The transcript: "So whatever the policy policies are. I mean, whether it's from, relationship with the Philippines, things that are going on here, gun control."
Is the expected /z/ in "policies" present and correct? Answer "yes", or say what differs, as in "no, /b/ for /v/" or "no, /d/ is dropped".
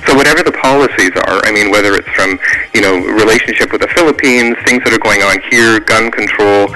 yes